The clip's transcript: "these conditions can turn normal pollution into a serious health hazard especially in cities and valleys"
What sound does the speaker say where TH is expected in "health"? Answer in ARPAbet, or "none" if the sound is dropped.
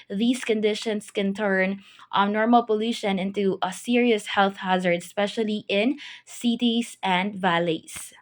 TH